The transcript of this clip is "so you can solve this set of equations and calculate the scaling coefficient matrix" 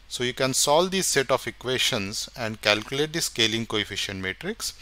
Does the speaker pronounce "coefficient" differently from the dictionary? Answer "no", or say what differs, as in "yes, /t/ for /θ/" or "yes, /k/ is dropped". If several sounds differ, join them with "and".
no